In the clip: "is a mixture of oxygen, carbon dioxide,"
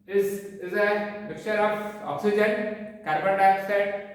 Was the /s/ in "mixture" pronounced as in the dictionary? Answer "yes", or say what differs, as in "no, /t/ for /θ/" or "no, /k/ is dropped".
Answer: no, /s/ is dropped